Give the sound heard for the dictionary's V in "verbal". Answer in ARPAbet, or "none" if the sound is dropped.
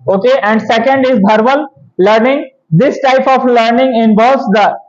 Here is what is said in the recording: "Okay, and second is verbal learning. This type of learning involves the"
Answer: B